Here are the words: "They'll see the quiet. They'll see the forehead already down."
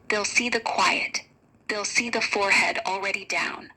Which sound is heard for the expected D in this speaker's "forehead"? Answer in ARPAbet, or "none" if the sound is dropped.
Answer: D